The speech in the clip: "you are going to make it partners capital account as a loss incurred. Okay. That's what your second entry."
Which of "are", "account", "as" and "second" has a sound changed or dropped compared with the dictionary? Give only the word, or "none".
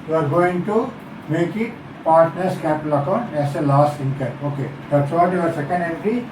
as